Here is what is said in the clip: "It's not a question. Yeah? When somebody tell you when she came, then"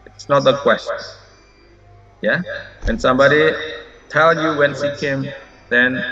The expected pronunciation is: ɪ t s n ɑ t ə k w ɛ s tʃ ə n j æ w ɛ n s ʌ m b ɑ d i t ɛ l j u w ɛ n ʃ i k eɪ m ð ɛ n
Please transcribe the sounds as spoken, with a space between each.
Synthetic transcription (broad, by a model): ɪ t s n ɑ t ə k w ɛ s tʃ ə n j æ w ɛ n s ʌ m b ɑ d i t ɛ l j u w ɛ n s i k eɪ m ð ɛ n